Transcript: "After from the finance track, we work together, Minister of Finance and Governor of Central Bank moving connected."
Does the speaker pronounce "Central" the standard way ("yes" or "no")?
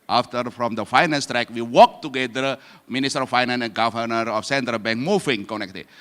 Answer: yes